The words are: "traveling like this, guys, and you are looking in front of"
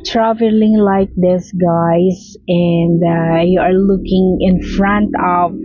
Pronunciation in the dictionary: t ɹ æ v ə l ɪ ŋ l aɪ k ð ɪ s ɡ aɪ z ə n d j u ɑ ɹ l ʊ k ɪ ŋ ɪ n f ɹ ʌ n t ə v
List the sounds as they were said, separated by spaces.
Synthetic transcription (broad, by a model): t ɹ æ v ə l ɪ ŋ l aɪ k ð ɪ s ɡ aɪ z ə n d j u ɑ ɹ l ʊ k ɪ ŋ ɪ n f ɹ ʌ n t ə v